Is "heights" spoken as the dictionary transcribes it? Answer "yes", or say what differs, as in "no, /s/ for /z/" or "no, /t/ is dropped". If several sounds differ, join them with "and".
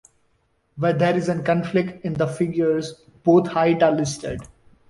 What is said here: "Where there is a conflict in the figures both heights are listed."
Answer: no, /s/ is dropped